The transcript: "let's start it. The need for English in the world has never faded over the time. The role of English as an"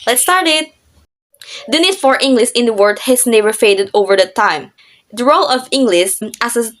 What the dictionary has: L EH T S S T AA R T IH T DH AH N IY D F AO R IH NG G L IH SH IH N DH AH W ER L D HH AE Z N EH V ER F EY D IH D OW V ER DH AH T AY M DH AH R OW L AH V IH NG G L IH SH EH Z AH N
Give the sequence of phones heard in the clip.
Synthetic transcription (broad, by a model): L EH T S S T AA R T IH T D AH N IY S F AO R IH NG G L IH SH IH N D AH W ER D HH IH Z N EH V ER F EY D IH D OW V ER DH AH T AY M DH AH R OW L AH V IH NG G L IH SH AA S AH